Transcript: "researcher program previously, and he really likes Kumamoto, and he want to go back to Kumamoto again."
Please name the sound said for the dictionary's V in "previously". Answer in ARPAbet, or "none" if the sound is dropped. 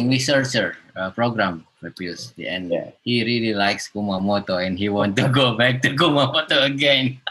P